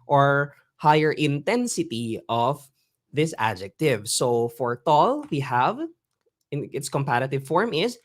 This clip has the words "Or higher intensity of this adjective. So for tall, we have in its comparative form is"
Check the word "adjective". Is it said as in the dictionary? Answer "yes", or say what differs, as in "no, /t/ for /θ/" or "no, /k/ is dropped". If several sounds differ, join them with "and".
yes